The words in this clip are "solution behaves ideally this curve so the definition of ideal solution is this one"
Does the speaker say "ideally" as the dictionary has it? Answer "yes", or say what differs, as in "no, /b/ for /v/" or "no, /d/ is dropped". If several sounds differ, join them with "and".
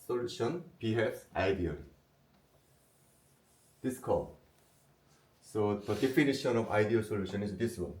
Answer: no, /l/ is dropped